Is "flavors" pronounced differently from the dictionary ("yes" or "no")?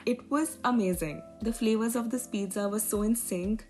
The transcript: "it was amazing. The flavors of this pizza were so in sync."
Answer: no